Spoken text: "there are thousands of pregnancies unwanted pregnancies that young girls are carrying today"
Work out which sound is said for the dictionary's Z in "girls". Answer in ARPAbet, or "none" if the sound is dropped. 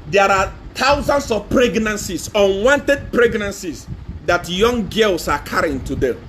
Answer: S